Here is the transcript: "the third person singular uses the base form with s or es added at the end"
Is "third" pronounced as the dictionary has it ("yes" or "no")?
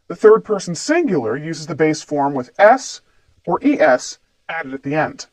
yes